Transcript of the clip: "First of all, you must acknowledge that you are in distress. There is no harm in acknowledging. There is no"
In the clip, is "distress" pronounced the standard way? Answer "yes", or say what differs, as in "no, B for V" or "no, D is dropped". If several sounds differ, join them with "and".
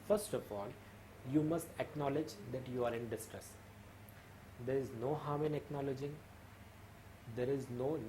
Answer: yes